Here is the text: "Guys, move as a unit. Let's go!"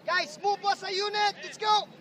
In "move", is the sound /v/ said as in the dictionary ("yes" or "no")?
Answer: no